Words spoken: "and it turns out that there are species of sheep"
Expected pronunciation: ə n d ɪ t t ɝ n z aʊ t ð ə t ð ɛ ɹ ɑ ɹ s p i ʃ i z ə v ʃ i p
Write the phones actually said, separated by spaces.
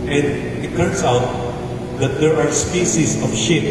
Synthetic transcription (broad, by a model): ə n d ɪ t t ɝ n s aʊ t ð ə t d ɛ ɹ ɑ ɹ s p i s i s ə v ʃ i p